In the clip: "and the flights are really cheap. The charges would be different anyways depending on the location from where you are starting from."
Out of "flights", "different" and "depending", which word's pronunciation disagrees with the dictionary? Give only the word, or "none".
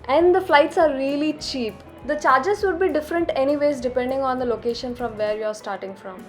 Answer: none